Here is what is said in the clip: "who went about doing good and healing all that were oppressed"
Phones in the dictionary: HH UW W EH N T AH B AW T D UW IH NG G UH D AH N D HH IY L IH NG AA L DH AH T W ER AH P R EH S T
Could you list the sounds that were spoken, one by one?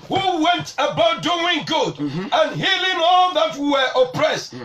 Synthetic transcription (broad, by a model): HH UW W EH N T AH B AW T D UW IH NG G UH D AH N HH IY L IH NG AA L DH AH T W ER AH P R EH S T